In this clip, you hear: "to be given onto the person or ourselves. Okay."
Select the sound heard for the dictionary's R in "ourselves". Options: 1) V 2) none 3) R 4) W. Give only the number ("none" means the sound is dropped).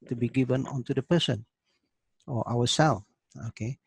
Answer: 4